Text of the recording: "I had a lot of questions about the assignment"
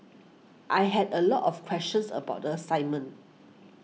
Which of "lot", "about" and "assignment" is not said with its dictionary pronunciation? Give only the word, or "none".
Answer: assignment